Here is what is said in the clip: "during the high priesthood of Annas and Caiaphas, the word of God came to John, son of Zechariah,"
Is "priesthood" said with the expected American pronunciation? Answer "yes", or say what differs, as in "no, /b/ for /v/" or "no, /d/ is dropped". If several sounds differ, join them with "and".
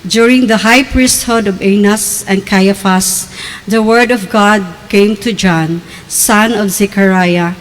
yes